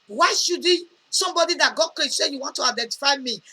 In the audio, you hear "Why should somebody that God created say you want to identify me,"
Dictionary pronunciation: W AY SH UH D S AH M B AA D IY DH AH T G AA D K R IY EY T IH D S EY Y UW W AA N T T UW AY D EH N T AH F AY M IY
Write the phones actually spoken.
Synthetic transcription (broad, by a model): W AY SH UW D S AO M B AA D IY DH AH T G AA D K L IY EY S S EY Y UW W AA N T T UW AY D EH N T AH F AY M IY